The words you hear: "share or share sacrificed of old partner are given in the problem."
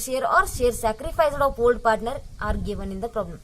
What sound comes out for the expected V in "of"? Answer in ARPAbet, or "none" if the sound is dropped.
P